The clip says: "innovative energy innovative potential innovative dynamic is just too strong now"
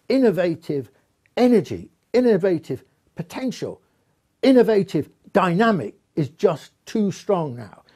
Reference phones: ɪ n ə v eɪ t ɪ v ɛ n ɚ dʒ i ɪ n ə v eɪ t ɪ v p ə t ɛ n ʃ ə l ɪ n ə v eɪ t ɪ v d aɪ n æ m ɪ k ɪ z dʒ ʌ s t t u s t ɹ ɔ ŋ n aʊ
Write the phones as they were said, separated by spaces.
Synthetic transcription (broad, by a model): ɪ n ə v eɪ t ɪ v ɛ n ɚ dʒ i ɪ n ə v eɪ t ɪ v p ə t ɛ n ʃ ə l ɪ n ə v eɪ t ɪ v d aɪ n æ m ɪ k ɪ z dʒ ʌ s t t u s t ɹ ɔ ŋ n aʊ